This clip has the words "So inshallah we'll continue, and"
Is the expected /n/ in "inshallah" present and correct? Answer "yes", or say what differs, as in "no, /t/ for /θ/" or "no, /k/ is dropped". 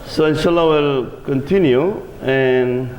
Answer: yes